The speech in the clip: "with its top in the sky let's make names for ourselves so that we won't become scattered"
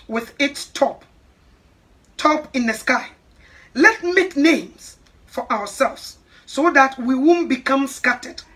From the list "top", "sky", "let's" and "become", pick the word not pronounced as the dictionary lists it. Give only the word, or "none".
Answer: let's